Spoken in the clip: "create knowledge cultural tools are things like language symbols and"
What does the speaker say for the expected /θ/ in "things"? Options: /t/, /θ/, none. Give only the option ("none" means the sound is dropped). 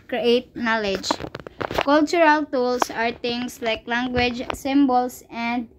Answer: /t/